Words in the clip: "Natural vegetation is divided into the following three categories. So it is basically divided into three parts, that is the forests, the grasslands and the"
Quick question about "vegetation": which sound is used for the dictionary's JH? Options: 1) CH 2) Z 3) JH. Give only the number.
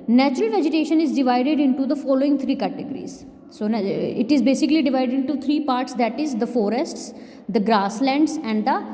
3